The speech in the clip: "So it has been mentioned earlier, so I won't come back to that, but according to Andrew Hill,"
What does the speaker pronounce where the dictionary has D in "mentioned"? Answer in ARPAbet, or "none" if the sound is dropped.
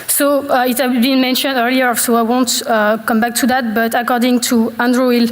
D